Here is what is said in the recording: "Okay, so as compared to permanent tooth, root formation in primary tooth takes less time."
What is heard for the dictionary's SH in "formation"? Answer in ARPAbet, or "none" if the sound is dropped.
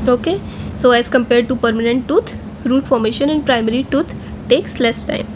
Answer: SH